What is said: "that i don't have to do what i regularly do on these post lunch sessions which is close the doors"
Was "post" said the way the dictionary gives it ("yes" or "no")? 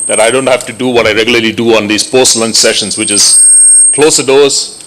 yes